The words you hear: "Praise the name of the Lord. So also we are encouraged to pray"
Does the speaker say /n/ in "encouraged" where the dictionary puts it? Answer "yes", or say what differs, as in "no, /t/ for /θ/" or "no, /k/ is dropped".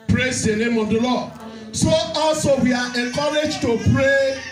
no, /n/ is dropped